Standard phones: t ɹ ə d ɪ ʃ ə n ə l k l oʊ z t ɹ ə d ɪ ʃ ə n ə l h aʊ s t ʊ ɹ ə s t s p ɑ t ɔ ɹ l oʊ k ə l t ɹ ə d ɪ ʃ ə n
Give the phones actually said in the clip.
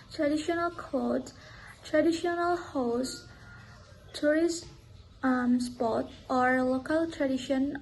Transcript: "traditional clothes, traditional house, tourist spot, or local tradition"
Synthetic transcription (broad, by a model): t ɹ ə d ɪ ʃ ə n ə l k oʊ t t ɹ ə d ɪ ʃ ə n ə l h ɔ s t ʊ ɹ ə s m s p ɑ t ɔ ɹ l oʊ k ə l t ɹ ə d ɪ ʃ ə n